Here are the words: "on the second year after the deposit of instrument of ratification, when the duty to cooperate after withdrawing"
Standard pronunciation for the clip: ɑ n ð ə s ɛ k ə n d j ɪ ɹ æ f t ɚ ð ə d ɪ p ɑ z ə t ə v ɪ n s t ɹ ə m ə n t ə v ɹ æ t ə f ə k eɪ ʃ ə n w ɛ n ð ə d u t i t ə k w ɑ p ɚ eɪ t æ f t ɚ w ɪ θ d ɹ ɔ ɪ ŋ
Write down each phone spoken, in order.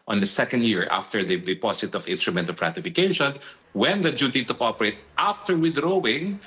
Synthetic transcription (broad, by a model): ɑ n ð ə s ɛ k ə n d j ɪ ɹ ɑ f t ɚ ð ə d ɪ p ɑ s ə t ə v ɪ n s t ɹ ə m ə n t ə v ɹ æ t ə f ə k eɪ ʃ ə n w ɛ n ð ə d u t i t ə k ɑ p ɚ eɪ t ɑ f t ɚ w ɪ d ɹ ɔ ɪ ŋ